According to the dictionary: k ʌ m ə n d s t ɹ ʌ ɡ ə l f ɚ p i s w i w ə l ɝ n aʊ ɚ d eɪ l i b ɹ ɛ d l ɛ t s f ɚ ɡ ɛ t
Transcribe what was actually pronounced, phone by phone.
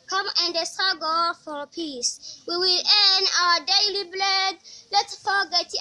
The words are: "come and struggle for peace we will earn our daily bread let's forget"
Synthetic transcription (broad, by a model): k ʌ m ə n d s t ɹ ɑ ɡ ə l f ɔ p i s w i w ə l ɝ n aʊ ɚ d eɪ l i b l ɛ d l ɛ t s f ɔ ɡ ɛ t